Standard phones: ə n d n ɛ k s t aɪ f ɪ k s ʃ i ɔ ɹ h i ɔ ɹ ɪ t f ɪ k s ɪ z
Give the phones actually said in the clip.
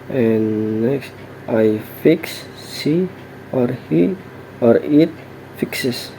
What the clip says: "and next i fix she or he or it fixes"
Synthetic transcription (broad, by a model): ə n n ɛ k s t aɪ f ɪ k s s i ɔ ɹ h i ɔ ɹ ɪ t f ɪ k s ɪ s